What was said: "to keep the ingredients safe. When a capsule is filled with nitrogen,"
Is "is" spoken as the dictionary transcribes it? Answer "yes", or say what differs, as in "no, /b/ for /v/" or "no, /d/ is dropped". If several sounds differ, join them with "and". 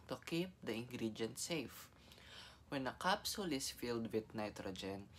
no, /s/ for /z/